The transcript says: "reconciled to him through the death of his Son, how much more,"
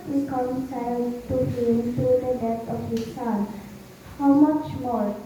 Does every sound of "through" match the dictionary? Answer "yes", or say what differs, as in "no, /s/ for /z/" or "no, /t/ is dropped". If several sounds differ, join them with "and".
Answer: no, /t/ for /θ/